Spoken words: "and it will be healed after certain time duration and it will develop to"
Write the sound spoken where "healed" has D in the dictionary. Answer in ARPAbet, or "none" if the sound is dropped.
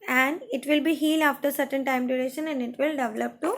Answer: none